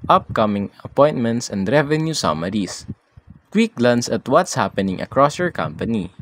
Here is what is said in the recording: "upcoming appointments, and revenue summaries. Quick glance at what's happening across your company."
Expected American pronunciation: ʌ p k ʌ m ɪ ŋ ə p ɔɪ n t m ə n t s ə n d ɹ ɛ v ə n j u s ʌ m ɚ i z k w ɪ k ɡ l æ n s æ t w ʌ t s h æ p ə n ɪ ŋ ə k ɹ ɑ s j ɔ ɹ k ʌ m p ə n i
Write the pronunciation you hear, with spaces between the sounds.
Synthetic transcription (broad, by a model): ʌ p k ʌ m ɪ ŋ ə p ɔɪ n t m ə n t s ə n d ɹ ɛ v ə n j u s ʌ m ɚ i s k w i k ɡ l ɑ n s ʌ t w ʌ t s h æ p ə n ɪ ŋ ə k ɹ ɑ s j ɔ ɹ k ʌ m p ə n i